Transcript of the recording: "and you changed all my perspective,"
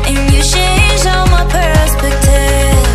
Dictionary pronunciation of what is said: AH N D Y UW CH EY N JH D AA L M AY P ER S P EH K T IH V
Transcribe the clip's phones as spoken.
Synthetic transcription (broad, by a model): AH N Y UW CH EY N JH AA L M AY P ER S P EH K T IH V